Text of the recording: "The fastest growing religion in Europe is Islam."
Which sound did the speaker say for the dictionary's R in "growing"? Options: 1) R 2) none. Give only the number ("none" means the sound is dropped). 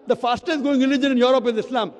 2